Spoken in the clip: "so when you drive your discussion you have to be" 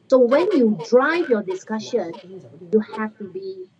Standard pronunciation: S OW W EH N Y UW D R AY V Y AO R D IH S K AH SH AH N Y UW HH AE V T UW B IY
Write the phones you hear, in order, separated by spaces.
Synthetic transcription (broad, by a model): S OW W EH N Y UW D R AY V Y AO D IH S K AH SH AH N Y UW HH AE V T UW B IY